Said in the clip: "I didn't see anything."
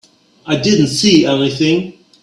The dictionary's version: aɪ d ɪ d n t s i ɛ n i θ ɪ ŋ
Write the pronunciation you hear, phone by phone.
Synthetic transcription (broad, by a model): aɪ d ɪ d n t s i ɛ n i θ ɪ ŋ